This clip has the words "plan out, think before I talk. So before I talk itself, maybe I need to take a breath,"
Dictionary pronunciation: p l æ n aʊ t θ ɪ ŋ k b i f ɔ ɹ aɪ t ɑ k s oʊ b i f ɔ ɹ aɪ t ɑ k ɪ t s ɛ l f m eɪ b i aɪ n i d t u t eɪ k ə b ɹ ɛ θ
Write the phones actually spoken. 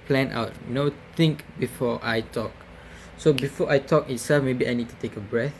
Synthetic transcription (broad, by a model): p l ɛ n aʊ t t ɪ ŋ k b i f ɔ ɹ aɪ t ɑ k s oʊ b i f ɔ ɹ aɪ t ɑ k ɪ t s ɛ l f m eɪ b i aɪ n i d t u t eɪ k ə b ɹ ɛ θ